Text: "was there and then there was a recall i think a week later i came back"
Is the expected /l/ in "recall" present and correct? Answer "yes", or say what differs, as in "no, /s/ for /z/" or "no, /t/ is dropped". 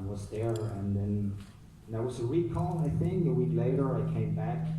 no, /n/ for /l/